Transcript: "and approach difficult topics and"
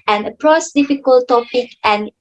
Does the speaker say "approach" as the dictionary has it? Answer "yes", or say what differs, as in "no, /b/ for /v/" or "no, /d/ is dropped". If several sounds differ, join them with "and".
no, /s/ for /tʃ/